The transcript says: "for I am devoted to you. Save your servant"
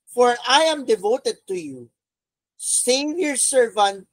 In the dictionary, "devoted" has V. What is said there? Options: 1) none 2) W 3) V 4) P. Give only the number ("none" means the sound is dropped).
3